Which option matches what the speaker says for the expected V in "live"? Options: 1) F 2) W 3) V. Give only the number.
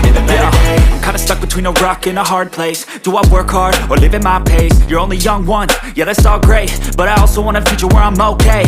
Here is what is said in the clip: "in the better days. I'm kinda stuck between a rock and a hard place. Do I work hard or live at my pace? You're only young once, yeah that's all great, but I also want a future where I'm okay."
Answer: 3